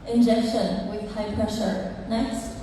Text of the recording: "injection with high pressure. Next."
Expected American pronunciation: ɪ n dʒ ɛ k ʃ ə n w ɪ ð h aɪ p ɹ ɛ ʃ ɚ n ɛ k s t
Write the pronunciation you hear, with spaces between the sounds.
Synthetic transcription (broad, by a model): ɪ n dʒ ɛ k ʃ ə n w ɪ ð h aɪ p ɹ ɛ ʃ ɚ n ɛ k s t